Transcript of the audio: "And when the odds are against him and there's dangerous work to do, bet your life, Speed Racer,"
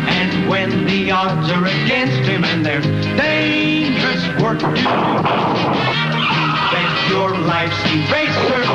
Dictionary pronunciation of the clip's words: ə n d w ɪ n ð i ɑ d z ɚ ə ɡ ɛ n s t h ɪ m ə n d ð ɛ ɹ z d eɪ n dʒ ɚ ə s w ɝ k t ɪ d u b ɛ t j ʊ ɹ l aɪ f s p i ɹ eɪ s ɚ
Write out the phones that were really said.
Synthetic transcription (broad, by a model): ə n w ɪ n ð i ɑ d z ɚ ə ɡ ɛ n s t h ɪ m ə n ð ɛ ɹ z d eɪ n dʒ ɚ ə s w ɝ k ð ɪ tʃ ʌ ɹ l aɪ f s i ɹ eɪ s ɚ